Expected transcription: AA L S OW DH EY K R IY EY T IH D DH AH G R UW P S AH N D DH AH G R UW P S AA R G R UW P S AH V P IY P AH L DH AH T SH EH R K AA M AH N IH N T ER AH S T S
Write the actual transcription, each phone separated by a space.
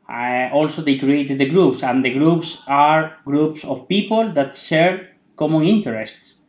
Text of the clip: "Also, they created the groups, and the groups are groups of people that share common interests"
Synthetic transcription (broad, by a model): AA L S OW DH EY K R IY EY T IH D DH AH G R UW P S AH N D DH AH G R UW P S AA R G R UW P S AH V P IY P AH L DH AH T S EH R K AA M AH N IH N T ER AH S T S